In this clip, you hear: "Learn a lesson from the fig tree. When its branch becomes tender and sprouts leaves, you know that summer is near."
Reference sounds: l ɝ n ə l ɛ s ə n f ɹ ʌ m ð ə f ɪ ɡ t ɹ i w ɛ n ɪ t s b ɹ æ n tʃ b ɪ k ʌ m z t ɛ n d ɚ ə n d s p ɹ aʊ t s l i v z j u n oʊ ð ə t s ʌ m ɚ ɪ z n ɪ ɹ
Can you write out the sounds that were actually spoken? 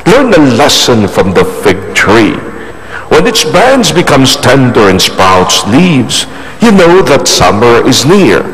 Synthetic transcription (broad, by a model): l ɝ n ə l ɛ s ə n f ɹ ʌ m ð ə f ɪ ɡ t ɹ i w ɛ n ɪ t s b æ n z b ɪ k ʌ m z t ɛ n d ɚ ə n s p aʊ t s l i v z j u n oʊ ð ə t s ʌ m ɚ ɪ z n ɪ ɹ